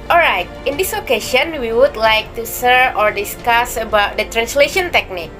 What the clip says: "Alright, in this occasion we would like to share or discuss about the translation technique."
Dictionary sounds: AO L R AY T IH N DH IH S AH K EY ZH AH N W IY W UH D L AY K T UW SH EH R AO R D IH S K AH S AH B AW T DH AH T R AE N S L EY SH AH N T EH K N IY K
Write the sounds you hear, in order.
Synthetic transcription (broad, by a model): AO L R AY T IH N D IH S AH K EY SH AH N W IY W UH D L AY K T UW S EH R AO R D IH S K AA S AH B AW T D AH T R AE N S L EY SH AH N T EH K N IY K